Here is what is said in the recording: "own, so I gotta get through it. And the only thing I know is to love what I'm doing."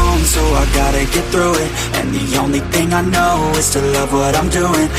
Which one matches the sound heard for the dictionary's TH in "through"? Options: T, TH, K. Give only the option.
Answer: TH